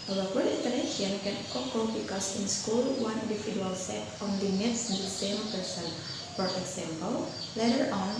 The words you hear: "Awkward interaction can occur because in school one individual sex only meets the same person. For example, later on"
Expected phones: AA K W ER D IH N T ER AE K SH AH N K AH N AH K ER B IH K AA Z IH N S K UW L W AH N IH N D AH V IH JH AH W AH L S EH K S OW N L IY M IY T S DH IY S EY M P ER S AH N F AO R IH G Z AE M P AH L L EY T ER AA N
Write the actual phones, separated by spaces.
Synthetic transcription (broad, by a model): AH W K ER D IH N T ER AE SH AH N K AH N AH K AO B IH K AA S IH N S K UW L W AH N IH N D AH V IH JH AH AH L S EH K OW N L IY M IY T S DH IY S EY M P ER S AH N F AO R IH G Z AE M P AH L L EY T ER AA N